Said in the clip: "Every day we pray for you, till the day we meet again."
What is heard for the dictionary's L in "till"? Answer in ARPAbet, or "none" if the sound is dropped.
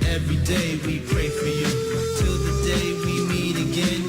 L